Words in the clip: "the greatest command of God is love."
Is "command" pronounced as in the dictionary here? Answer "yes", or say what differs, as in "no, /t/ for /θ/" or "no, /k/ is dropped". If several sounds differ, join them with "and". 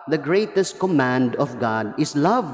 yes